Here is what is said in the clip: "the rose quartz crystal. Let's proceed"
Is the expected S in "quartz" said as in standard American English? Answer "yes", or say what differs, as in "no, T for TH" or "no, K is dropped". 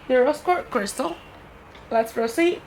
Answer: no, S is dropped